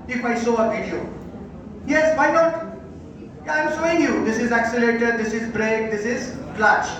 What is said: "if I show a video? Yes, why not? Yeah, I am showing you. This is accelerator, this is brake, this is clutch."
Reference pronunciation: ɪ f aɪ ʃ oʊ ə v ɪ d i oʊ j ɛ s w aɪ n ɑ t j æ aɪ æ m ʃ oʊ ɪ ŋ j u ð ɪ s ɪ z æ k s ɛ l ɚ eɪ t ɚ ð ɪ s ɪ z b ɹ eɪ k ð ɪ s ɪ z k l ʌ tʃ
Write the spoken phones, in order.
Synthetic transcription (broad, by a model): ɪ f aɪ s oʊ ə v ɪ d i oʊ j ɛ s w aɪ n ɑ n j aɪ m s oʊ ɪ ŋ j u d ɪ s ɪ z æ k s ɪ l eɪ t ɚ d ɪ s ɪ z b ɹ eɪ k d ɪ s ɪ z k l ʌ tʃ